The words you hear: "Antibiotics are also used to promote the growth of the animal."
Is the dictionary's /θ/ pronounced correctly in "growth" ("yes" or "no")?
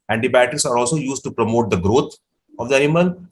no